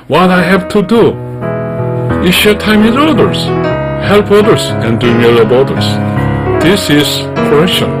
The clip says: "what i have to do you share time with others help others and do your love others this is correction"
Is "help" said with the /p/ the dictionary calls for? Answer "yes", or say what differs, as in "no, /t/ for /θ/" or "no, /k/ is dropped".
yes